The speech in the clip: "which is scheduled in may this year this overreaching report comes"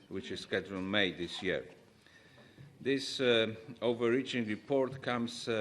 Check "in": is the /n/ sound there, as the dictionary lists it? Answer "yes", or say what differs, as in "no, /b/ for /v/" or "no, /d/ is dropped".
no, /l/ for /n/